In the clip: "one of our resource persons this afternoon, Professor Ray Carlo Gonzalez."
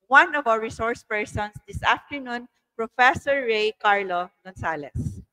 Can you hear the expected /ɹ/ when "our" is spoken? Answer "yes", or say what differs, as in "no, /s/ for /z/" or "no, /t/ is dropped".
no, /w/ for /ɹ/